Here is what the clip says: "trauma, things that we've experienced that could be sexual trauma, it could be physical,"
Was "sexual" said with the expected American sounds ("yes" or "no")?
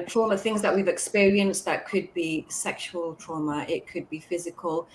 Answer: yes